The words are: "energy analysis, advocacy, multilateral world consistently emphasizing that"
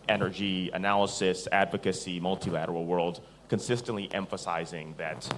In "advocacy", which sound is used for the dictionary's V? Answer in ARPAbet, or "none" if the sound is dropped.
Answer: V